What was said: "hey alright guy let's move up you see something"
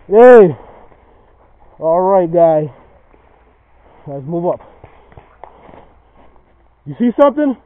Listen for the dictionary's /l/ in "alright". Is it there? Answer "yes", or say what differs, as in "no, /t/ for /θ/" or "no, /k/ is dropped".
yes